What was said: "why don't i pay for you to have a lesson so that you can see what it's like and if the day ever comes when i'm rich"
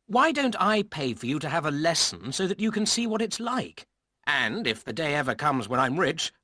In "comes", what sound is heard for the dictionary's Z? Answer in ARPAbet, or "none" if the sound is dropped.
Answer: Z